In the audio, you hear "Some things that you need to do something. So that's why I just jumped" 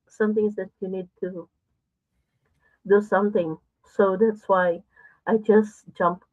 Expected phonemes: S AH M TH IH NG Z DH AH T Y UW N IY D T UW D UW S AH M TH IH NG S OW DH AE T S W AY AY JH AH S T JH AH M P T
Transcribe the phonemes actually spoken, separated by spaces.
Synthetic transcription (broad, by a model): S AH M T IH NG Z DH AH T Y UW N IY D T UW D UW S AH M T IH NG S OW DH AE T S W AY AY JH AH S T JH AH M P